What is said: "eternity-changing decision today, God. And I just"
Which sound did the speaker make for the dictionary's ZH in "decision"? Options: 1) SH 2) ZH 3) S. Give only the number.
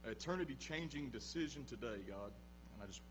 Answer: 2